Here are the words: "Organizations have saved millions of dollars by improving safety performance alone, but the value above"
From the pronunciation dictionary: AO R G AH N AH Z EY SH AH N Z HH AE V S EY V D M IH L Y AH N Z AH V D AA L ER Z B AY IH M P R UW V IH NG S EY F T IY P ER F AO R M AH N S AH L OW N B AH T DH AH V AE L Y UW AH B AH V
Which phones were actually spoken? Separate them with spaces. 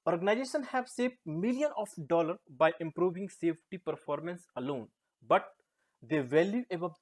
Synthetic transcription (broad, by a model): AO R G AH N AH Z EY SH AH N HH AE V S EY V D M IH L Y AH N AH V D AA L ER B AY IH M P R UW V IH NG S EY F T IY P ER F AO R M AH N S AH L OW N B AH T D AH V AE L Y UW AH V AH